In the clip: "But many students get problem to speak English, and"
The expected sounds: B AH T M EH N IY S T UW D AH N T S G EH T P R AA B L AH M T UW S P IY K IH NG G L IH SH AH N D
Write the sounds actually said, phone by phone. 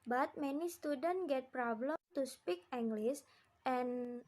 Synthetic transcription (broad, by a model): B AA T M EH N IY S T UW D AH N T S G EH T P R AA B L AH M T UW S P IY K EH NG G L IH S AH N